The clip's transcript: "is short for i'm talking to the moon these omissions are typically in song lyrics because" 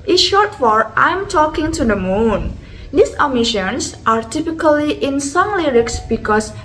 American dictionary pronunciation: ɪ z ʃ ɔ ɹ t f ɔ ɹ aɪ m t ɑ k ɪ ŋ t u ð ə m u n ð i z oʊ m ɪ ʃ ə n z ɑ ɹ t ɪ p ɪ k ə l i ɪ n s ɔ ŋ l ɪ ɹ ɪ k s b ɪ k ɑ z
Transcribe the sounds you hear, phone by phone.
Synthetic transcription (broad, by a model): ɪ ʃ ɔ ɹ t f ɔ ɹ aɪ m t ɑ k ɪ ŋ t u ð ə m u n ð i s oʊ m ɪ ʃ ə n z ɑ ɹ t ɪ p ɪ k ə l i ɪ n s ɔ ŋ l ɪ ɹ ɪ k s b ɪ k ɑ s